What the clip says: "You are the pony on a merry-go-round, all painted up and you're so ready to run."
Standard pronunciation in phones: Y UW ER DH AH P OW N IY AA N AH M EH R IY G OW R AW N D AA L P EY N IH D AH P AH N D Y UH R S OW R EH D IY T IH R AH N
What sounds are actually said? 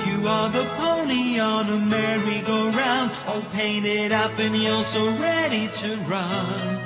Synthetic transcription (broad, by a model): Y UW ER DH AH P OW N IY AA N AH M EH R IY G OW R AW N D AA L P EY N IH D AH P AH N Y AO L S OW R EH D IY T IH R AH N